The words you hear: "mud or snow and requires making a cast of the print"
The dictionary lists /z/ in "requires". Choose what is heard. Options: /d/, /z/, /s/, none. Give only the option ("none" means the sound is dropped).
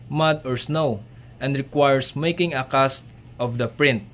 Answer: /s/